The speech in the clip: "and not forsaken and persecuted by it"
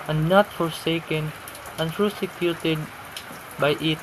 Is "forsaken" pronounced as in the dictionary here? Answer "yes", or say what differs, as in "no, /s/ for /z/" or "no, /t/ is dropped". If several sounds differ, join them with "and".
yes